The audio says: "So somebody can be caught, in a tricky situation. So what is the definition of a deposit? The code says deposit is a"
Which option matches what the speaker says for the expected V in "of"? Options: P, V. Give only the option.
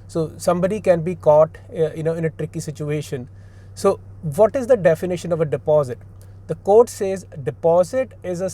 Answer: V